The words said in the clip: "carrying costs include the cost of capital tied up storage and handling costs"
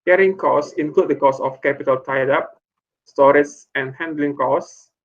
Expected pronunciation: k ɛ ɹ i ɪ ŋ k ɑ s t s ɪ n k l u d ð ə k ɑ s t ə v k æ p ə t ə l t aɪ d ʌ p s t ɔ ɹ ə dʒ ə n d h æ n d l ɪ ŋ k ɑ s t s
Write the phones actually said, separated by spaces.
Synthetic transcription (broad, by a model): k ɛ ɹ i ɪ ŋ k ɑ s s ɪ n k l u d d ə k ɑ s ə f k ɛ p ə t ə l t aɪ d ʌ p s t ɔ ɹ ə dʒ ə n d h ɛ n d l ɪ ŋ k ɑ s s